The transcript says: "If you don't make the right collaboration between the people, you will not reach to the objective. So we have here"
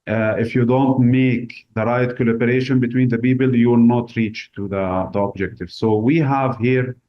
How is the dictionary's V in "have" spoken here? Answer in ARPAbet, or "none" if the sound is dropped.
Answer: V